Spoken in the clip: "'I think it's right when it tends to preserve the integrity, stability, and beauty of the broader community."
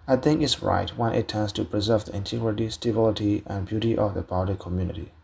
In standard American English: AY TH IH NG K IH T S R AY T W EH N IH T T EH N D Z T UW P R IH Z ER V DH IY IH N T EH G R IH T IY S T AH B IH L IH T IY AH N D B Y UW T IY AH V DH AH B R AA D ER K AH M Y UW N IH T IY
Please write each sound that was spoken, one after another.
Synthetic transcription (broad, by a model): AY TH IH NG IH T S R AY T W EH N IH T T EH N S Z T UW P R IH Z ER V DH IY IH N T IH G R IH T IY S T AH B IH L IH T IY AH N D B Y UW T IY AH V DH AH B AA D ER K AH M Y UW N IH T IY